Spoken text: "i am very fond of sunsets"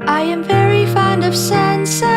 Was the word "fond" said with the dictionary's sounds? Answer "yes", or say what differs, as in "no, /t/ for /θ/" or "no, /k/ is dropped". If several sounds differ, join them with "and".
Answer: yes